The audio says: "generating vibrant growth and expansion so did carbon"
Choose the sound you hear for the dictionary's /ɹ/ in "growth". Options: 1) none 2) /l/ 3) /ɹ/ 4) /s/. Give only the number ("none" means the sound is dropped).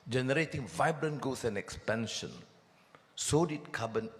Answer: 1